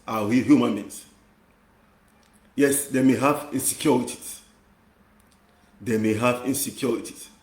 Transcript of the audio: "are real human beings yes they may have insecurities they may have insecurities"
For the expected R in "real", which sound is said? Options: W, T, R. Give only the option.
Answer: W